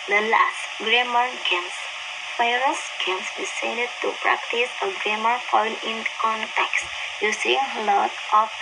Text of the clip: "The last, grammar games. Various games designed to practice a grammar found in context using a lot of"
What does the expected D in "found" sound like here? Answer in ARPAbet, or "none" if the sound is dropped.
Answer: none